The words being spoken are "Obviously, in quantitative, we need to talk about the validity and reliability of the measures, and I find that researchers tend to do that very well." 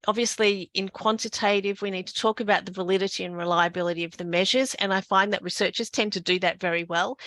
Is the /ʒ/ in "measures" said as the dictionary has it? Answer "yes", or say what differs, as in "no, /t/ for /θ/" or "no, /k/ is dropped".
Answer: yes